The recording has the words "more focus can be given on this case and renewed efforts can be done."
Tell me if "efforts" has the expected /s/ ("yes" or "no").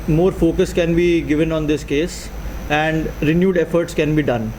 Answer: yes